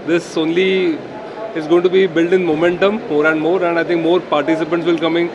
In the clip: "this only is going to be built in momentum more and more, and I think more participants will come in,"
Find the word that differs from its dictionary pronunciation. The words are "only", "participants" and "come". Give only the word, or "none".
none